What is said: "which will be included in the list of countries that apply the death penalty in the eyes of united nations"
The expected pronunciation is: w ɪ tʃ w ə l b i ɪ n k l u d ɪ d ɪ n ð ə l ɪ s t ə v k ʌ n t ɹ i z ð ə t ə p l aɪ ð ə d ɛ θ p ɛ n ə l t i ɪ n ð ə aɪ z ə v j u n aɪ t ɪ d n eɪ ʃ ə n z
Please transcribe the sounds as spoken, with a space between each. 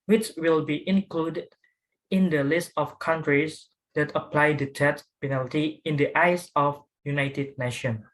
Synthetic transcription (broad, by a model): w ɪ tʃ w ə l b i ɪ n k l u d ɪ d ɪ n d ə l ɪ s t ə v k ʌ n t ɹ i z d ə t ə p l aɪ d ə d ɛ s p ɛ n ə l t i ɪ n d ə aɪ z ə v j u n aɪ t ɪ d n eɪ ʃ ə n